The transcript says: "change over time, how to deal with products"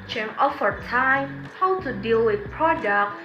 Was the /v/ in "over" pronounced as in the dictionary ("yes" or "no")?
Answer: no